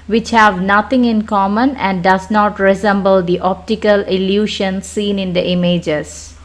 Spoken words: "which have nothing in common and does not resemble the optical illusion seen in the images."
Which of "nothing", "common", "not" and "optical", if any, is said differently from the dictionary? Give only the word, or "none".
nothing